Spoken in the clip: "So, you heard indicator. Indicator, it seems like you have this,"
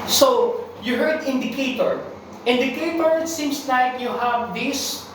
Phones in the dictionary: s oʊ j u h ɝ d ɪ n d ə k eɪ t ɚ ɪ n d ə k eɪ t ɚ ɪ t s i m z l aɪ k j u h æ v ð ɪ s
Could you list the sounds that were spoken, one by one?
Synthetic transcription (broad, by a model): s oʊ j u h ɝ d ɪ n d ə k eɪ t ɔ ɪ n d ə k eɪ t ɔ ɪ t s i m s l aɪ k j u h æ v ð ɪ s